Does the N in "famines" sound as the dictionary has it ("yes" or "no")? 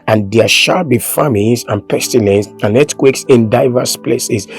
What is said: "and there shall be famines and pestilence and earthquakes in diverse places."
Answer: no